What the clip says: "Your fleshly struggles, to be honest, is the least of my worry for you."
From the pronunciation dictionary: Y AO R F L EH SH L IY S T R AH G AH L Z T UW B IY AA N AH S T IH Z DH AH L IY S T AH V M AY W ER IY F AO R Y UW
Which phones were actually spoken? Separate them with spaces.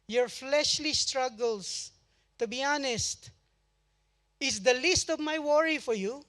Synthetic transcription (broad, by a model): Y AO R F L EH SH L IY S T R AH G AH L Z T UW B IY AA N AH S T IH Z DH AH L IY S T AH V M AY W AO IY F AO R Y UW